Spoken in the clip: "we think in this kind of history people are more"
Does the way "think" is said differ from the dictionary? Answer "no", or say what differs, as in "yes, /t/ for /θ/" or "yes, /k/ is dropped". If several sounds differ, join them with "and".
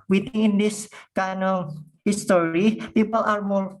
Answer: yes, /k/ is dropped